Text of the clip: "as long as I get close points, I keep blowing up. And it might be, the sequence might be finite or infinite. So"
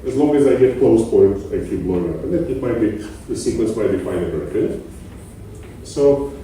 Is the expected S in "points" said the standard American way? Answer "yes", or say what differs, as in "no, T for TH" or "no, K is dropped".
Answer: no, S is dropped